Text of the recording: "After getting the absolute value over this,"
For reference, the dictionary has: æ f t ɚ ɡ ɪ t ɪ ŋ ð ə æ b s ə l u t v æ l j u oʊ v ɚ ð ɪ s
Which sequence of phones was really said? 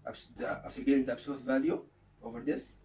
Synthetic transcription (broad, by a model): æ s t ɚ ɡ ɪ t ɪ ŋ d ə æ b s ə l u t v æ l j u oʊ v ɚ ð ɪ s